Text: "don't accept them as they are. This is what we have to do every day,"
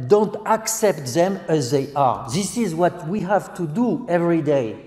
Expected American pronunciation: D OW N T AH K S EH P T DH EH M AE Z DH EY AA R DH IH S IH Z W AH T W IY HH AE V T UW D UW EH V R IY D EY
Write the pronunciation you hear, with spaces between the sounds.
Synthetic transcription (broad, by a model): D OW N T AH K S EH P T DH EH M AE Z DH EY AA R DH IH S IH Z W AH T W IY HH AE V T UW D UW EH V R IY D EY